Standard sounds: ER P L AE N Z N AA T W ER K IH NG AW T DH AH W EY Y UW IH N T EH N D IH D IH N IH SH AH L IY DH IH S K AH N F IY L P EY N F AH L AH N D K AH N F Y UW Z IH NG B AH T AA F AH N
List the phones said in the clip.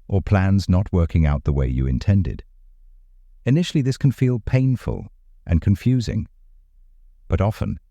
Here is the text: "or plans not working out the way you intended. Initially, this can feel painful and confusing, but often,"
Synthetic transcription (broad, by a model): ER P L AE N Z N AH T W ER K IH NG AW T DH AH W EY Y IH IH N T EH N D IH D IH N IH SH L IY DH IH S K N F IY L P EY N F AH L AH N K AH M F Y UW Z IH NG B AH T AA F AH N